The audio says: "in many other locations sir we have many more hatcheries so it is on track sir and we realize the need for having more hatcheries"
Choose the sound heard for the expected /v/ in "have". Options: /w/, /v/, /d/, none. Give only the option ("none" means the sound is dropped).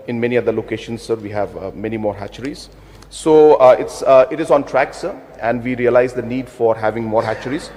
/v/